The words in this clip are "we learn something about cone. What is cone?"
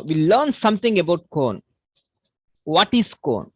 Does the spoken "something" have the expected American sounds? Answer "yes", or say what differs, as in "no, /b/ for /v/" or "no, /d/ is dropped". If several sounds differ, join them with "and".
no, /t/ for /θ/